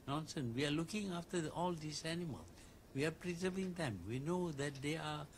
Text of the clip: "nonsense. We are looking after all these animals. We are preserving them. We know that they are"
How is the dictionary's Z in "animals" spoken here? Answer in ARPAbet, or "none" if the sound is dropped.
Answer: none